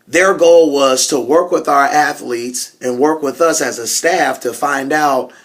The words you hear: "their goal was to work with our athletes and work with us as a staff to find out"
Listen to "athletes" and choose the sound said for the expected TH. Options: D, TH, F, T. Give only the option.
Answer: TH